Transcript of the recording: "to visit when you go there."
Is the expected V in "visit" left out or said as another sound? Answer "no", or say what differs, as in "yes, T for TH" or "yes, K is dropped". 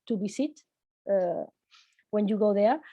yes, B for V